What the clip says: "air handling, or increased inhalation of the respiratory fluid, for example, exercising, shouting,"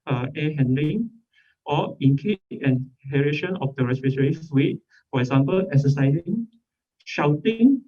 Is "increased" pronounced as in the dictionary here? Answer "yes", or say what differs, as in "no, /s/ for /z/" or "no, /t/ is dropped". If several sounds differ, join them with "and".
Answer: no, /ɹ/ is dropped